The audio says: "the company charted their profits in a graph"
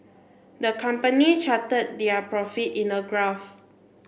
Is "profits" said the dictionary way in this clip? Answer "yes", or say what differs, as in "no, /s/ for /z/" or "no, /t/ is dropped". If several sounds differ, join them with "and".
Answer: no, /s/ is dropped